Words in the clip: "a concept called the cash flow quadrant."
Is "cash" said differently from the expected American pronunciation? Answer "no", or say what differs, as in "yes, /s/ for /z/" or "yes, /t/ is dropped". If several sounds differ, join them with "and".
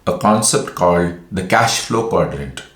no